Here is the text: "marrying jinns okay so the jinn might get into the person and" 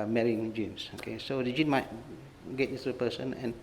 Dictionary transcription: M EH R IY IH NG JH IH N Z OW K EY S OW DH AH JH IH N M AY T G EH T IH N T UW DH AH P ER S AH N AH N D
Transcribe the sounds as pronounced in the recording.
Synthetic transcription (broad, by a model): M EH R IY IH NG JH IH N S OW K EY S OW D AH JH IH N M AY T G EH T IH T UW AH P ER S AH N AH N